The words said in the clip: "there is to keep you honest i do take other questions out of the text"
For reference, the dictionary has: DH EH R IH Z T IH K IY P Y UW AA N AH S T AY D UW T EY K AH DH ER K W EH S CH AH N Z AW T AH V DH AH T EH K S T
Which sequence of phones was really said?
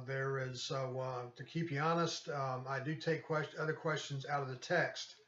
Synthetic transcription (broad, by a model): DH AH R IH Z T IH K IY P Y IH AA N AH S T AY D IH T EY K AH DH ER K W EH S CH AH N Z AW T AH V DH AH T EH K S T